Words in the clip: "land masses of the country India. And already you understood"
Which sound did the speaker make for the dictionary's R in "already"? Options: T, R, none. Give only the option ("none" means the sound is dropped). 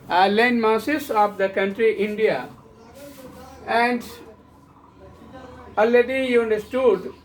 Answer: none